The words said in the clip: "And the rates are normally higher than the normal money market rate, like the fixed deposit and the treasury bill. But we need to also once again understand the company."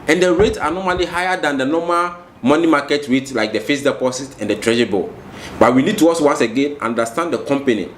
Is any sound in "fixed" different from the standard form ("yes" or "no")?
yes